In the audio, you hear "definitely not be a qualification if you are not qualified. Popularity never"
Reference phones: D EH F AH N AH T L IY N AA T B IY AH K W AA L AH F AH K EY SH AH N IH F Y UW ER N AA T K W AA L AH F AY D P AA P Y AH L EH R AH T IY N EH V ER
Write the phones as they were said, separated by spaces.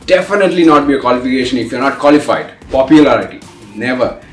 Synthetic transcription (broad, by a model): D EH F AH N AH T L IY N AA T B IY AH K W AA L AH F AH K EY SH AH N IH F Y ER N AA T K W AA L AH F AY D P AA P Y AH L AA R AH T IY N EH V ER